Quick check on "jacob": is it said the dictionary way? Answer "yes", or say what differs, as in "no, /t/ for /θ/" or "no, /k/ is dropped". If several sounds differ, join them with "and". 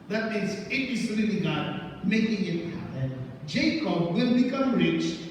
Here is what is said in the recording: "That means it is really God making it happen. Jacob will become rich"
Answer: yes